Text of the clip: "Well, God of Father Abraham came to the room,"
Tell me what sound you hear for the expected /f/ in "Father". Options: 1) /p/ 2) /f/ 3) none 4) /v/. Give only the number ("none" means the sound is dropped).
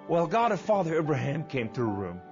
2